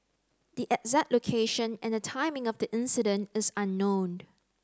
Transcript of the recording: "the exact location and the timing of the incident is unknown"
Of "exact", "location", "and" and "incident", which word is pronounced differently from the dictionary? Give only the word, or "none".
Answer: exact